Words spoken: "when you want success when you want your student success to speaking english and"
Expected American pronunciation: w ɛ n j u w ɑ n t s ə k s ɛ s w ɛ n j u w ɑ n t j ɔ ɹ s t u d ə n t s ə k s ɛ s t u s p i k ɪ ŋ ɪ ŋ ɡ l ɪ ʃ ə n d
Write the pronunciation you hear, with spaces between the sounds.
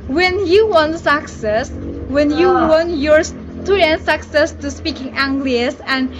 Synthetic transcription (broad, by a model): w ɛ n j u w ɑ n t s ə k s ɛ s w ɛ n j u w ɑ n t j ɔ ɹ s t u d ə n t s ə k s ɛ s t u s p i k ɪ ŋ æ ŋ ɡ l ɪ s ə n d